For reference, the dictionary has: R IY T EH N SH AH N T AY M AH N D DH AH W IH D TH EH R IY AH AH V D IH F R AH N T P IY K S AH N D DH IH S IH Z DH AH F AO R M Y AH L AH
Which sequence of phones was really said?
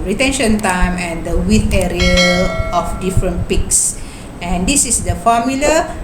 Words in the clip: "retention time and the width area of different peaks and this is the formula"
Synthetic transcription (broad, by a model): R IY T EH N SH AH N T AY M AH N D AH W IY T EH R IY AH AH F D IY F R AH N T P IY K S AH N D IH S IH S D AH F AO M Y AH L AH